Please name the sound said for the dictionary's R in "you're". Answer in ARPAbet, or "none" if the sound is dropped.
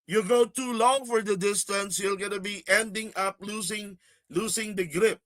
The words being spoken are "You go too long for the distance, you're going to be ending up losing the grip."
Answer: L